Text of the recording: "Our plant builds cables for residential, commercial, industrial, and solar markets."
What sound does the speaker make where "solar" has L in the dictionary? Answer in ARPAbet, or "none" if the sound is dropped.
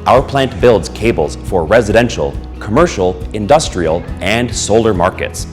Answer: L